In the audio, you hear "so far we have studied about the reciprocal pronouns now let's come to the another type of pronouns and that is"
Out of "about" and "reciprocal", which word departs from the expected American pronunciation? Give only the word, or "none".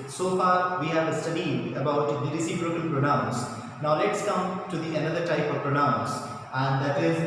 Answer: reciprocal